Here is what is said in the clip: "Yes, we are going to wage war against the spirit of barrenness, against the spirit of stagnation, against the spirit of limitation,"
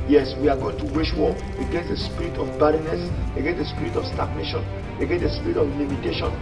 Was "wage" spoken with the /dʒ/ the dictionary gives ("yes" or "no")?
no